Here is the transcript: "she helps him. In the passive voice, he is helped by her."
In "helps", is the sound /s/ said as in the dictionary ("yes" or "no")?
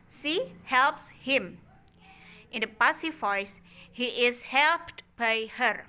yes